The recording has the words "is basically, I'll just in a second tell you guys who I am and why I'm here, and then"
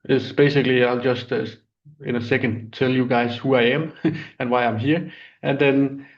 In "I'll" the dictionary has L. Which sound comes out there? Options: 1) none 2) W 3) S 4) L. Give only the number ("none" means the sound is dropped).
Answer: 4